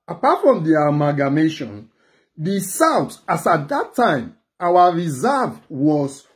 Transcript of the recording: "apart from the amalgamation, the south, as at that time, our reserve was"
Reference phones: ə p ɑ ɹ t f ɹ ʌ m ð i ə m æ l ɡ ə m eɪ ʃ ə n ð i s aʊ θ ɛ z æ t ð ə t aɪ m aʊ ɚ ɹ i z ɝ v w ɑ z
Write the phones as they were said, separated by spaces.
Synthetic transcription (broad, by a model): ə p ɑ t f ɹ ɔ m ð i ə m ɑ ɡ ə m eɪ ʃ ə n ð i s aʊ t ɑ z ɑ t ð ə t aɪ m aʊ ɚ ɹ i z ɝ v w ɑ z